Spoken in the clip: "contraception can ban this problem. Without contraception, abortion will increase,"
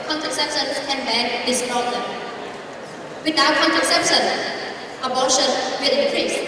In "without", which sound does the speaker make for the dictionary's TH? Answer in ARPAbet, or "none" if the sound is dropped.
T